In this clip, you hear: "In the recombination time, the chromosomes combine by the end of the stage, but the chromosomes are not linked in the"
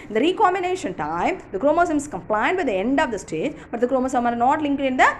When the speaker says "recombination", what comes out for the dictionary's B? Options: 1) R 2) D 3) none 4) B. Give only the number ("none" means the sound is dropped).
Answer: 3